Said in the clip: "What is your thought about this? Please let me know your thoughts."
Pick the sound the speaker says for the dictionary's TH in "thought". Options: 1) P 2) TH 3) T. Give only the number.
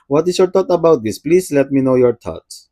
3